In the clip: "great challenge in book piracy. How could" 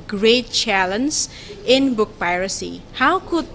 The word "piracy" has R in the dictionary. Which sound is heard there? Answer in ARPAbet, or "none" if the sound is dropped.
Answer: R